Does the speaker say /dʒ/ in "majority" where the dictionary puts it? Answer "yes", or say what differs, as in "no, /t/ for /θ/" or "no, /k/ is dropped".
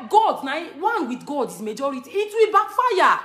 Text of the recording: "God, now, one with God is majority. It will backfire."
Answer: yes